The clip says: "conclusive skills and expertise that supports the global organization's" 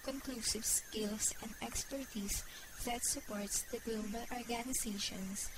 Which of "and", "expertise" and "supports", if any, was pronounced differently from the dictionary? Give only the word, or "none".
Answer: expertise